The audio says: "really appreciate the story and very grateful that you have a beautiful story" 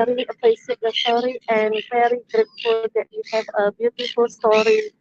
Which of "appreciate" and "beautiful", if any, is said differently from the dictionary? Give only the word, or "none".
appreciate